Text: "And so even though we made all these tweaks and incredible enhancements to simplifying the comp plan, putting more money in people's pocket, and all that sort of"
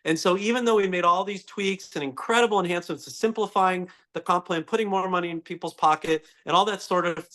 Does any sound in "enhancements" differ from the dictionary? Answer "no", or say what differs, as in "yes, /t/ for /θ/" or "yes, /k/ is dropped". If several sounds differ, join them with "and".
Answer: yes, /m/ is dropped